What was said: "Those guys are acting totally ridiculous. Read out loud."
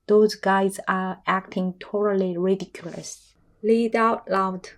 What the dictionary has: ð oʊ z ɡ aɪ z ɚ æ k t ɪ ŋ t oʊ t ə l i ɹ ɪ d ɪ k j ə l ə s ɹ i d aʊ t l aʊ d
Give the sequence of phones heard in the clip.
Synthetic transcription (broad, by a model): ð oʊ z ɡ aɪ z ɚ æ k t ɪ ŋ t oʊ t ə l i ɹ ɪ d ɪ k j ə l ə s l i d aʊ t l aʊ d